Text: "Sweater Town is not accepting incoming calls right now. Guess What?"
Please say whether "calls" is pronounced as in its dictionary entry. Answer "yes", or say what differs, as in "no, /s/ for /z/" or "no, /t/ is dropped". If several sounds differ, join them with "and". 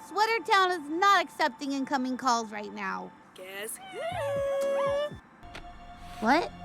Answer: yes